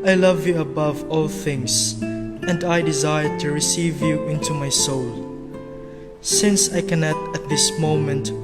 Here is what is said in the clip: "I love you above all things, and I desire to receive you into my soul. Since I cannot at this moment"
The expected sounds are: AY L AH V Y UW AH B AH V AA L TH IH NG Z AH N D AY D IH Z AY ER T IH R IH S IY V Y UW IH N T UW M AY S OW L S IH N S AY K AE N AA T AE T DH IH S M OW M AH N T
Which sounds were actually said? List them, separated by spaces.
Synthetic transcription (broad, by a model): AY L AH V Y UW AH B AH V AA L TH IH NG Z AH N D AY D IH Z AY ER T IH R IH S IY V Y UW IH N T UW M AY S OW L S IH N S AY K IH N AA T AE T DH IH S M OW M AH N T